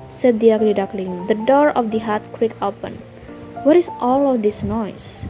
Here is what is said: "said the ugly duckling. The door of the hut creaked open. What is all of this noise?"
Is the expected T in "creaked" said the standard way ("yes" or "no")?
no